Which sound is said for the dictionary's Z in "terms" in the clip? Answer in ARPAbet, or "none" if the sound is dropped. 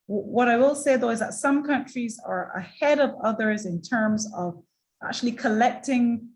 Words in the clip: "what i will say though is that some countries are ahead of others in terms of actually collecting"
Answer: Z